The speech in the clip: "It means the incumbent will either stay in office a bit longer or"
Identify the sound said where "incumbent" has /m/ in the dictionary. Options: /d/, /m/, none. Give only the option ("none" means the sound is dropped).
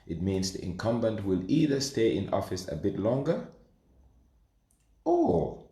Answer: /m/